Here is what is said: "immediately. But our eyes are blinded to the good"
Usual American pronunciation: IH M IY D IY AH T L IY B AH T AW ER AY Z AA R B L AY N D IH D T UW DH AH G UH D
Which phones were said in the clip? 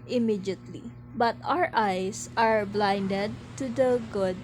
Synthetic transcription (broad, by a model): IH M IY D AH T L IY B AH T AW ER AY S AA R B L AY N D IH D T UW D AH G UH D